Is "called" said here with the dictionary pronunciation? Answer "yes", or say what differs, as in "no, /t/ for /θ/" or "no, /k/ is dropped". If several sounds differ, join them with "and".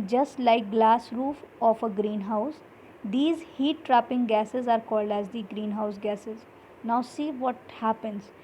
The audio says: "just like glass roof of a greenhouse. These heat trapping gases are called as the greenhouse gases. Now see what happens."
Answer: yes